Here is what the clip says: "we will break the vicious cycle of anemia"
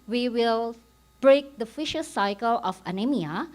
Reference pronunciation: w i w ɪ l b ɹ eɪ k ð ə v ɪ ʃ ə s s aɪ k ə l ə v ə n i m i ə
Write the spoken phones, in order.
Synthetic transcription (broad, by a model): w i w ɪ l b ɹ eɪ k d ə f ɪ ʃ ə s s aɪ k ə l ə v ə n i m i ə